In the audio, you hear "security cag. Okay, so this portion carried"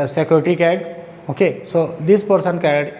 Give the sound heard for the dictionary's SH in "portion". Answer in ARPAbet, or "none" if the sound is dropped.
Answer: S